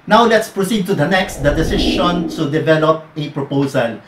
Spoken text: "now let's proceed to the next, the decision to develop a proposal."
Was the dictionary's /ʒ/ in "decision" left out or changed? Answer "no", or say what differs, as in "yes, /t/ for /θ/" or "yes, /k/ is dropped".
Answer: yes, /ʃ/ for /ʒ/